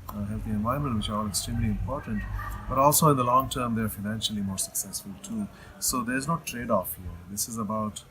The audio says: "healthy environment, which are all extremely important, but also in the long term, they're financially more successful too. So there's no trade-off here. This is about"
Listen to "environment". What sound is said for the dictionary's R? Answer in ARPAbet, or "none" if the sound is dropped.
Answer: none